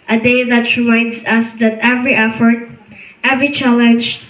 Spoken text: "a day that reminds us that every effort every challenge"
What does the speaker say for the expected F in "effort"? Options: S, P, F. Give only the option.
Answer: F